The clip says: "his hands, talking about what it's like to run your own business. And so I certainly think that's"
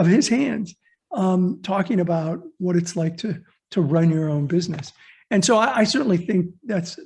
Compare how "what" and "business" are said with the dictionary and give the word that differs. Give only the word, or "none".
none